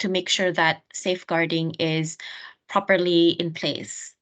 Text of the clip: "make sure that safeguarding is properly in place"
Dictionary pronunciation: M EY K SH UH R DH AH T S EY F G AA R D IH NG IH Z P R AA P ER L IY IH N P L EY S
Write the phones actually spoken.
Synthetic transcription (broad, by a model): M EY K SH UH R DH AH T S EY F G AA R D IH NG IH Z P R AA P ER L IY IH N P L EY S